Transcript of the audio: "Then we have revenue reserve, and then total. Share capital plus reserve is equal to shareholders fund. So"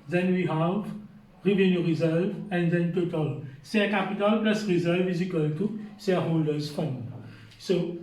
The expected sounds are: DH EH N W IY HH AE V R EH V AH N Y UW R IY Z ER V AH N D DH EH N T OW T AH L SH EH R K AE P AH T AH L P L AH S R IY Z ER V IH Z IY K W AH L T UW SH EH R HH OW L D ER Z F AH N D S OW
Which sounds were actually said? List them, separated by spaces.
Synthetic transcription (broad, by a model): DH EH N W IY HH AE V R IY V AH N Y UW R IY Z ER V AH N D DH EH N T OW T AH L S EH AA K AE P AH T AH L P L AH S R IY Z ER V IH Z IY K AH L T UW S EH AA HH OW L D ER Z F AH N S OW